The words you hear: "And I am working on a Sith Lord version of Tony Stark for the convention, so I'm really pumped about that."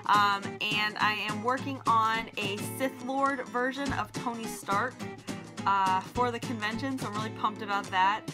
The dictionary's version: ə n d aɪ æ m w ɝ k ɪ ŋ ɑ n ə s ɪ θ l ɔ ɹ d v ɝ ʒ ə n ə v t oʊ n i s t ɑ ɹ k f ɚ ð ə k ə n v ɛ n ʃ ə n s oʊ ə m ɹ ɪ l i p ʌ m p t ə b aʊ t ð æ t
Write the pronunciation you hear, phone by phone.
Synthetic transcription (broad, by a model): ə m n aɪ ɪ m w ɝ k ɪ ŋ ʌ n ə s ɪ θ l ɔ ɹ d v ɝ ʒ ə n ə v t oʊ n i s t ɑ ɹ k f ɚ ð ə k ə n v ɛ n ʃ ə n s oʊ ə m ɹ ɪ l i p ʌ m p t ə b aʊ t ð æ t